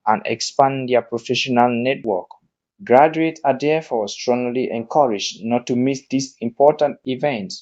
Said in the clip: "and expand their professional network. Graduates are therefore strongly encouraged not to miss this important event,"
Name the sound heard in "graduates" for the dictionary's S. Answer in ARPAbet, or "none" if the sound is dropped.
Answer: none